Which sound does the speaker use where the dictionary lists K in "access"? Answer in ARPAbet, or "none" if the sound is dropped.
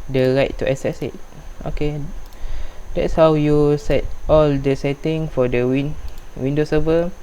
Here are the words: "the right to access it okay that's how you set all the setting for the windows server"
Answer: none